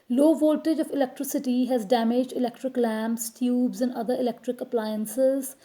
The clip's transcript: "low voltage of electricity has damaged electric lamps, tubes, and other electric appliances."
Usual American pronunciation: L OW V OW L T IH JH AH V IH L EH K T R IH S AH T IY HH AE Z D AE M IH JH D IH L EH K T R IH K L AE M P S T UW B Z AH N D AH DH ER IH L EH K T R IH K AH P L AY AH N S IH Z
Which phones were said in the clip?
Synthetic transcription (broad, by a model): L OW V OW L T IH JH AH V IH L EH K T R IH S AH T IY HH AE Z D AE M IH JH D IH L EH K T R IH K L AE M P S T UW B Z AH N D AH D ER IH L EH K T R IH K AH P L AY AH N S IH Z